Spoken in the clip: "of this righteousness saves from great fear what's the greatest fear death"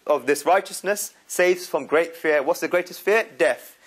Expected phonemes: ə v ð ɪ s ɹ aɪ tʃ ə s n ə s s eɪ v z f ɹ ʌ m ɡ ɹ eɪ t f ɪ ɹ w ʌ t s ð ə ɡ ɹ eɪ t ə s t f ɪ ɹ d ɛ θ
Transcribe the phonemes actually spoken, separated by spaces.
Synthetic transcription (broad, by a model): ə v ð ɪ s ɹ aɪ tʃ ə s n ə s s eɪ v z f ɹ ʌ m ɡ ɹ eɪ t f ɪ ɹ w ʌ t s ð ə ɡ ɹ eɪ t ə s t f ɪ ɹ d ɛ θ